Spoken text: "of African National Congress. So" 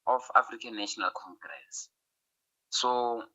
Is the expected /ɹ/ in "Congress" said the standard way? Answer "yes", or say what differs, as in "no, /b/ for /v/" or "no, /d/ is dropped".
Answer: yes